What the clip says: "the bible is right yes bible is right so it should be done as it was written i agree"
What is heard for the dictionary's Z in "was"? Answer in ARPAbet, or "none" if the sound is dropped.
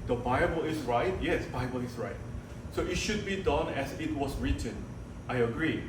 S